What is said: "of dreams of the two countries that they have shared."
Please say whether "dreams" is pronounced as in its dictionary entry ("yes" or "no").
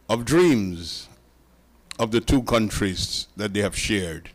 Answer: yes